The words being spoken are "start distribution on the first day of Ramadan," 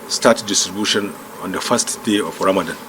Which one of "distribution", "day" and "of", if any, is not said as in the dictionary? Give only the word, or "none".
of